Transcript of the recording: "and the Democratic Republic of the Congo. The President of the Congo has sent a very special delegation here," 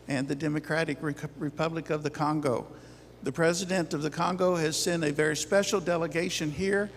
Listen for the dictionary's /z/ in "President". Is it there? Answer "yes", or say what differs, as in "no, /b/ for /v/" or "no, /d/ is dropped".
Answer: yes